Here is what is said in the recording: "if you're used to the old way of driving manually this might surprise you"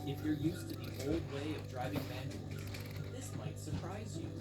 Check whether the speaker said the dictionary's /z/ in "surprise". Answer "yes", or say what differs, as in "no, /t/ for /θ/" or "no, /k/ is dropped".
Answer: yes